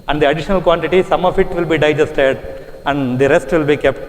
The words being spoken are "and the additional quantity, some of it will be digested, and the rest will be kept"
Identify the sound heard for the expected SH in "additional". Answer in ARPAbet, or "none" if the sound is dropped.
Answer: SH